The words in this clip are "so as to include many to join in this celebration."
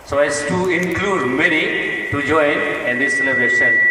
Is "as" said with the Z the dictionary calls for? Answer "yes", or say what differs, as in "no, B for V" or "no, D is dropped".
no, S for Z